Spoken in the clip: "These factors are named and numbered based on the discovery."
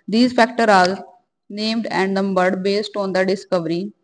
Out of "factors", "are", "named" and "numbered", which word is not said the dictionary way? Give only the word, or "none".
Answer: factors